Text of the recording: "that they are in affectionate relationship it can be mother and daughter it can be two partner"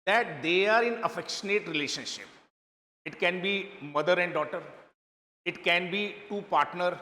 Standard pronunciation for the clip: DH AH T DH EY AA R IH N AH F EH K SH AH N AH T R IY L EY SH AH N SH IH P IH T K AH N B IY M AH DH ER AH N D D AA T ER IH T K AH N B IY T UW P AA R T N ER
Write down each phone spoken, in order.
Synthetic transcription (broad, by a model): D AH T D EY AA R IH N AH F EH K SH AH N AH T R IY L EY SH AH N SH IH P IH T K AH N B IY M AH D ER AH N D D AA T ER IH T K AH N B IY T UW P AA R T N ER